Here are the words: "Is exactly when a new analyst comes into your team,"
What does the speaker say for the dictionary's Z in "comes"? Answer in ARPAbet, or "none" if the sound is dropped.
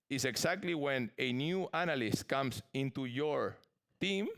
S